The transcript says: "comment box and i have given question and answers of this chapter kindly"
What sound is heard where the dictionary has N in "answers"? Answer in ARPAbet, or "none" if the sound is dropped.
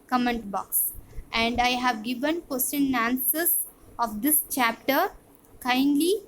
none